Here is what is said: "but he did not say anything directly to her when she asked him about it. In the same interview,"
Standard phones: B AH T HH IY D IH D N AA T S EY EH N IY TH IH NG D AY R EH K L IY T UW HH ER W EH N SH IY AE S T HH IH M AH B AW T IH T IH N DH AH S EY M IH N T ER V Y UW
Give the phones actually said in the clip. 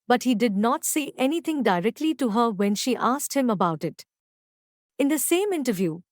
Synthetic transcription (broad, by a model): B AH T HH IY D IH D N AA T S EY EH N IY T IH NG D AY R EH K L IY T UW HH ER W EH N SH IY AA S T HH IH M AH B AW T IH T IH N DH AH S EY M IH N T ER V Y UW